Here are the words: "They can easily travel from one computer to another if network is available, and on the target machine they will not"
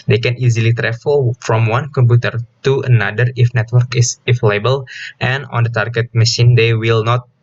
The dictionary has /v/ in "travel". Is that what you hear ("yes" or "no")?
no